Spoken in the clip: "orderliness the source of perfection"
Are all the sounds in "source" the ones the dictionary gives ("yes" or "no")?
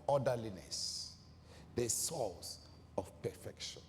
no